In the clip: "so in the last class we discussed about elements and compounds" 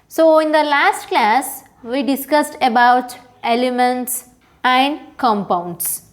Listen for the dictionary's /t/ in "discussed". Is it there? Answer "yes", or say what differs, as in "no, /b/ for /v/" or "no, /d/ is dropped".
yes